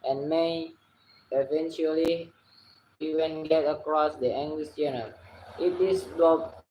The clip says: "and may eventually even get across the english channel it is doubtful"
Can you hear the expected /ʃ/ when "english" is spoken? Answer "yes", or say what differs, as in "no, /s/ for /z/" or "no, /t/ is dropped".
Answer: no, /s/ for /ʃ/